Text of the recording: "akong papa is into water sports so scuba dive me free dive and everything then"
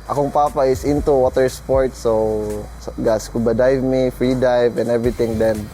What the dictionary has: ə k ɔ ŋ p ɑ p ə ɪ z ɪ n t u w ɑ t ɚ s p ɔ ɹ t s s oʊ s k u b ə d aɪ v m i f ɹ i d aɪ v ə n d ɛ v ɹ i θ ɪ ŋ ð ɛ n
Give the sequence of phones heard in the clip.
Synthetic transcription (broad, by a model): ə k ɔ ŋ p ɑ p ə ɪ s ɪ n t u w ɑ t ɚ s p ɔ ɹ t s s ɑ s k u b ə d aɪ v m i f ɹ i d aɪ v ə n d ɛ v ɹ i t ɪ ŋ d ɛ n